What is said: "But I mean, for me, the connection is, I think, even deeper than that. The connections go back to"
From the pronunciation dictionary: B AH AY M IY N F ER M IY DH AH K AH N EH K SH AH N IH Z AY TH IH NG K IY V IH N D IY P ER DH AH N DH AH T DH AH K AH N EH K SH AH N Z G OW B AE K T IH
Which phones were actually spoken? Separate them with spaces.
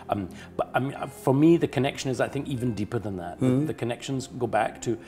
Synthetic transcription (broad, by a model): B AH AY M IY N F ER M IY DH AH K AH N EH K SH AH N IH Z AY TH IH NG K IY V IH N D IY P ER DH AH N DH AH T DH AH K AH N EH K SH AH N Z G OW B AE K T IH